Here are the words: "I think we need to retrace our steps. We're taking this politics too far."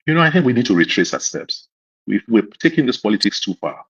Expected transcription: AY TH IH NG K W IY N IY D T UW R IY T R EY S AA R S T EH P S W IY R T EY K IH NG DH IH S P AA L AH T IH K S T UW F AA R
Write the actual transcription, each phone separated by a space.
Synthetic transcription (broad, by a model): AY TH IH NG K W IY N IY D T UW R IY T R EY S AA S T EH P S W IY W T EY K IH NG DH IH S P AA L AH T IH K S T UW F AA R